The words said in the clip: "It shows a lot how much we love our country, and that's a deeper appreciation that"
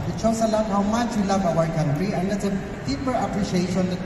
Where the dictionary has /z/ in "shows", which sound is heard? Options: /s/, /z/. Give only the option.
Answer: /s/